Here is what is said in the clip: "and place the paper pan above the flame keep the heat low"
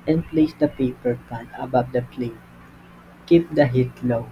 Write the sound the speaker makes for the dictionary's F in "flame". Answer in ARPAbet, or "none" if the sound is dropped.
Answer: P